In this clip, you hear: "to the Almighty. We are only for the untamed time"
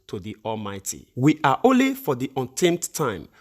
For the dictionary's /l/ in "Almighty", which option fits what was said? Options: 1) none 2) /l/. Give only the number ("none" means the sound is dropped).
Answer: 2